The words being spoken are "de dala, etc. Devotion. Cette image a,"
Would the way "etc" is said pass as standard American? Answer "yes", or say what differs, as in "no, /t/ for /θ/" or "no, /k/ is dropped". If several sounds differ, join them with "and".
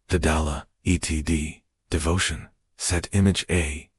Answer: no, /s/ is dropped